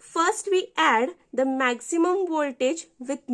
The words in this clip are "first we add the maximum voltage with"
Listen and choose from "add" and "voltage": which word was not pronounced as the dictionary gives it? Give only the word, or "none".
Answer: none